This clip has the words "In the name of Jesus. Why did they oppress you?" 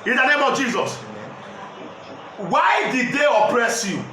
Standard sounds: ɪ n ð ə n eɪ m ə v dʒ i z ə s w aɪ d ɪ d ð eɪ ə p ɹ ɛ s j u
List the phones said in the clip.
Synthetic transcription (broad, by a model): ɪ n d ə n eɪ m ə v dʒ i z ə s w aɪ d ɪ d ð eɪ ə p ɹ ɛ s j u